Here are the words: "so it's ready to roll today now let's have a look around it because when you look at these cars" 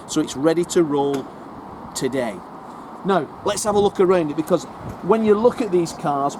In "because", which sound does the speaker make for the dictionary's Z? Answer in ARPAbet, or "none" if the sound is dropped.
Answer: Z